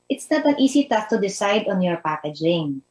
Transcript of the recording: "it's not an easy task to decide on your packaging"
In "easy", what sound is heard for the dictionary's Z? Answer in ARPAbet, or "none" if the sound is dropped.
S